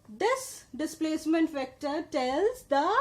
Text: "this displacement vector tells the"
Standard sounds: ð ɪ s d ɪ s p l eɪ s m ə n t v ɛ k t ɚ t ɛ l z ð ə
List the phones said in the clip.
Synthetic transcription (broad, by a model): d ɪ s d ɪ s p l eɪ s m ə n t f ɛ k t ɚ t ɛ l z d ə